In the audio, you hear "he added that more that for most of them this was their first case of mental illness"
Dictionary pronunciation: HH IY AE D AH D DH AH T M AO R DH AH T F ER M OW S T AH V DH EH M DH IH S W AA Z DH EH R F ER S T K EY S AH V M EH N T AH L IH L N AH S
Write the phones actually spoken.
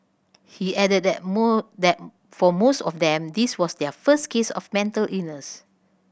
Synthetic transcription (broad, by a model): HH IY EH D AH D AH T M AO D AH T F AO M OW S T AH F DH EH M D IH S W AA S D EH F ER S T K EY S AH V M EH N T AH L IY N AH S